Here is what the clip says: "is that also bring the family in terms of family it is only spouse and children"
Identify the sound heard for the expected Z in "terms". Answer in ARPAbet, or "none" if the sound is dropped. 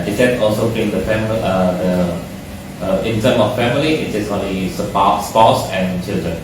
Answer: none